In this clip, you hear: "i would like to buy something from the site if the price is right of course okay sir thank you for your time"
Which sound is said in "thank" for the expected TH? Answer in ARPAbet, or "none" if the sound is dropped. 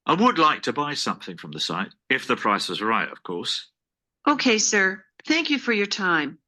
TH